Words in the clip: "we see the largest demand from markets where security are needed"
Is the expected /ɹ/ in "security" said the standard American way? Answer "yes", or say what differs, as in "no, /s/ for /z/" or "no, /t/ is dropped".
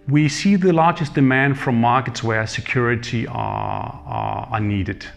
yes